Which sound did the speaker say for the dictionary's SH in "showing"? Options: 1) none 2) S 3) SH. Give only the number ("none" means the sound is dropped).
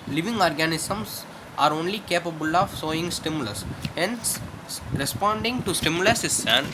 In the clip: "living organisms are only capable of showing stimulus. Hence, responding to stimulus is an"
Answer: 2